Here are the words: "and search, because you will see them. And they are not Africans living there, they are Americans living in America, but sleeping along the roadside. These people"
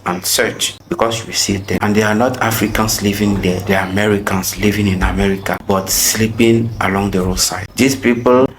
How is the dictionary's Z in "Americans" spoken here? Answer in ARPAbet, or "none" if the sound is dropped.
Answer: S